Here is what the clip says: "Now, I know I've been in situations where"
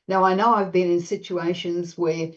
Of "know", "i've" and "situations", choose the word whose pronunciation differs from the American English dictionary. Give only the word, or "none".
none